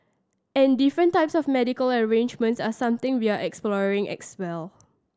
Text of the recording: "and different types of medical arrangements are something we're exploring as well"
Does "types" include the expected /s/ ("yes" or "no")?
yes